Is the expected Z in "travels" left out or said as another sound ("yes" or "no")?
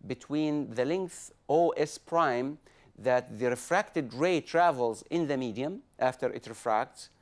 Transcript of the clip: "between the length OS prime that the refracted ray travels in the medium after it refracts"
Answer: no